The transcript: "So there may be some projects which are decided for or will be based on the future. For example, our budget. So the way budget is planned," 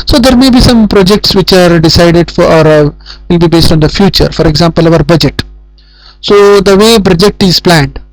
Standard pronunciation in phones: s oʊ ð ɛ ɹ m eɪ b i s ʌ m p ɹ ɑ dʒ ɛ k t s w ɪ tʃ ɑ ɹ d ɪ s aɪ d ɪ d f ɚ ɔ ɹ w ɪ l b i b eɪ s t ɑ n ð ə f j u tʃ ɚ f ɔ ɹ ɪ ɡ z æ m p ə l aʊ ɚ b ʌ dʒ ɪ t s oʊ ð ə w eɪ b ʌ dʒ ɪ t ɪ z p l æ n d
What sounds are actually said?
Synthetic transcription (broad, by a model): s oʊ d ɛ ɹ m eɪ b i s ʌ m p ɹ ɑ dʒ ɛ k t s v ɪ tʃ ɑ ɹ d ɪ s aɪ d ɪ d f ɔ ɹ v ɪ l b i b eɪ s t ɑ n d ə f j u tʃ ɚ f ɔ ɹ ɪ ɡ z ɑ m p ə l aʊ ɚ b ʌ dʒ ɪ t s oʊ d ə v eɪ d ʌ dʒ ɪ t ɪ z p l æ n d